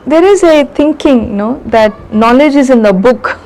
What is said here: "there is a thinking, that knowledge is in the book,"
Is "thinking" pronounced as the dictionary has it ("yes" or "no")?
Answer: no